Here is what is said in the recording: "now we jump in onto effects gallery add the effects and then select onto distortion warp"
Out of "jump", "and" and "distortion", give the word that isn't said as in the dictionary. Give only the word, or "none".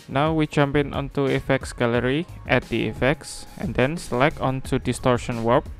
none